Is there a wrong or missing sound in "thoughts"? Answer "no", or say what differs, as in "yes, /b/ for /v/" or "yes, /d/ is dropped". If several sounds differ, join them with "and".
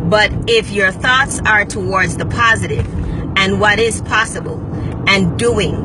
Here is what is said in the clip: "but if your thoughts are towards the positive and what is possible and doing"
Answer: no